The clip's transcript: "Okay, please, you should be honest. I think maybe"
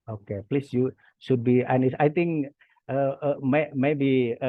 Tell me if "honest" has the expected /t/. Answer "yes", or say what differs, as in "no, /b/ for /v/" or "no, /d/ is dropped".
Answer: no, /t/ is dropped